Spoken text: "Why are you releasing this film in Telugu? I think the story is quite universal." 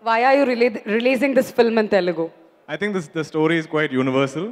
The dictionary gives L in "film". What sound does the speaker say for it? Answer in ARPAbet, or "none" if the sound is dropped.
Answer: L